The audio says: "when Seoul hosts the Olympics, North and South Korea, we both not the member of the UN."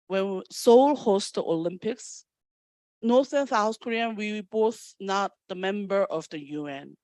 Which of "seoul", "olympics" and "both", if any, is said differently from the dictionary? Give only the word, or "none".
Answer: none